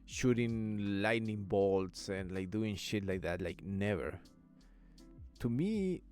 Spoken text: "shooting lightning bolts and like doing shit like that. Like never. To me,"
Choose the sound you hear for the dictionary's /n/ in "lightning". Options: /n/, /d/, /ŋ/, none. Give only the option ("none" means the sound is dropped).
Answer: /n/